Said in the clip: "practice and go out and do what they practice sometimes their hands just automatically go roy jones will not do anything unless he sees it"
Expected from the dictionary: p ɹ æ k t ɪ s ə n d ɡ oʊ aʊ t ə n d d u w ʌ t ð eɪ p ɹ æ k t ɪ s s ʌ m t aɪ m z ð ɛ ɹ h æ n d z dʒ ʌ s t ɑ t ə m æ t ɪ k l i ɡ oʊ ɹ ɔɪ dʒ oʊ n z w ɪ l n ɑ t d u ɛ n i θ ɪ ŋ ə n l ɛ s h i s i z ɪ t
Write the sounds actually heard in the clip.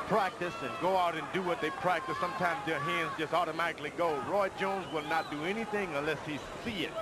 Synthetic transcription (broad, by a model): p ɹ æ k t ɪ s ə n ɡ oʊ aʊ t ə n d d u w ʌ t ð eɪ p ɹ æ k t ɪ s s ʌ m t aɪ m z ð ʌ ɹ h æ n d z dʒ ʌ s t ɑ t ə m æ t ɪ k l i ɡ oʊ ɹ ɔɪ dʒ oʊ n z w ɪ l n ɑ t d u ɛ n i θ ɪ ŋ ə n l ɛ s h i s i ɪ t